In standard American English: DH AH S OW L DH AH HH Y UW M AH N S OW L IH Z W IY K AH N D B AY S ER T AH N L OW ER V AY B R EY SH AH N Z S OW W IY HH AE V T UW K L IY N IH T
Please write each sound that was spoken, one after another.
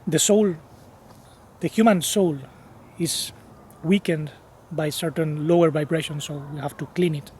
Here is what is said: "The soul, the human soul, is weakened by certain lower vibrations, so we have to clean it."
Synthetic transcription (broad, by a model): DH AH S OW L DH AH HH Y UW M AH N S OW L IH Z W IY K AH N D B AY S ER T AH N L OW ER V AY B R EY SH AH N S OW W IY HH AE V T UW K L IY N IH T